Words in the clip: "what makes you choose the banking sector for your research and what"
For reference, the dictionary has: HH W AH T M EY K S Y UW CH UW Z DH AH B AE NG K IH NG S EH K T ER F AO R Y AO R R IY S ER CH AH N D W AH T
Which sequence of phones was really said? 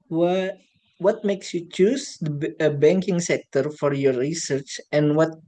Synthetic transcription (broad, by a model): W W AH T M EY K S Y UW CH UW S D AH B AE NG K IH NG S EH K T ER F AO R Y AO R R IY S ER CH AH N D W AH T